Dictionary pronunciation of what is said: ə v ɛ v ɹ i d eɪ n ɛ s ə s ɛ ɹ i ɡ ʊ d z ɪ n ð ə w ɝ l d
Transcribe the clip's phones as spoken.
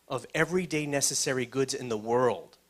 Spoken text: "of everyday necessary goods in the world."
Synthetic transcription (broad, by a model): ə v ɛ v ɹ i d eɪ n ɛ s ə s ɛ ɹ i ɡ ʊ d z ɪ n ð ə w ɝ l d